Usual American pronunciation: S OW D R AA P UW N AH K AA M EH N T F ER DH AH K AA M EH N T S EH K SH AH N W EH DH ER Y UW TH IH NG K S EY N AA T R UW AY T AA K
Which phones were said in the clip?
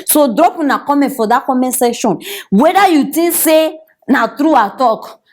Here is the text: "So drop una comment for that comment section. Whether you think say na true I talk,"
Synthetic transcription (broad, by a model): S OW D R AA P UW N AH K AA M EH N T F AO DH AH K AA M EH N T S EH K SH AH N W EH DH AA Y UW T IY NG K S EY N AA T R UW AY T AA K